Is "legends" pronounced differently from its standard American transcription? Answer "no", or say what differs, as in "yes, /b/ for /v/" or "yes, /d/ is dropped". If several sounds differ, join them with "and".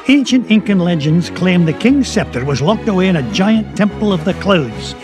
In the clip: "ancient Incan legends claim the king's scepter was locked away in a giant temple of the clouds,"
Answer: no